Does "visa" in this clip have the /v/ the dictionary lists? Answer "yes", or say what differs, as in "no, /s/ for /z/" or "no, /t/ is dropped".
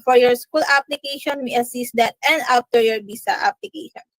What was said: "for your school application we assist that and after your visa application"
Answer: no, /b/ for /v/